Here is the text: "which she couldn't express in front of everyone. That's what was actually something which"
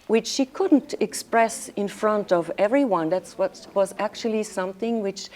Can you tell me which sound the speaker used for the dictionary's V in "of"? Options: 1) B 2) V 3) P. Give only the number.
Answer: 2